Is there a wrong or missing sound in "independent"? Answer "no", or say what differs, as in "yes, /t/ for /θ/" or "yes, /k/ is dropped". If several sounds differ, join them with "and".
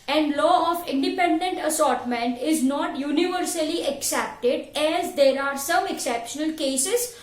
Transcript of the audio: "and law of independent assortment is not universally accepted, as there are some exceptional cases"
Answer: no